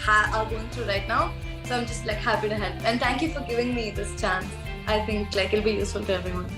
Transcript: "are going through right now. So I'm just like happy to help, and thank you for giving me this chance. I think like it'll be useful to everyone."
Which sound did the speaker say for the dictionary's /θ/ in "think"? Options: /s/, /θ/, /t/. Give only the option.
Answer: /t/